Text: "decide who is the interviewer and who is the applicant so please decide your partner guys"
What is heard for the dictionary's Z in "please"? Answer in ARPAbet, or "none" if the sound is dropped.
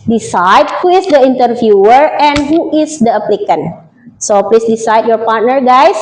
S